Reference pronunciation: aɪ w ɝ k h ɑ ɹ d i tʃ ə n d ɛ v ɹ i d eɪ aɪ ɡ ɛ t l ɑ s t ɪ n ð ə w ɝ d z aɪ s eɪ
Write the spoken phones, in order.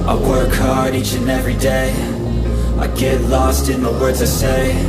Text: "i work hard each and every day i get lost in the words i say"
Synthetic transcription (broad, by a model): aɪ w ɝ k h ɑ ɹ d i tʃ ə n ɛ v ɹ i d eɪ aɪ ɡ ɛ t l ɑ s t ɪ n ð ə w ɝ d z aɪ s eɪ